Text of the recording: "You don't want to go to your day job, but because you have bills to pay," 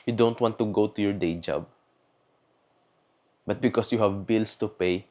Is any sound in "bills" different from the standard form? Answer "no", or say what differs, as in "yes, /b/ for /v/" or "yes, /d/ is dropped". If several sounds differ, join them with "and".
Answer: yes, /s/ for /z/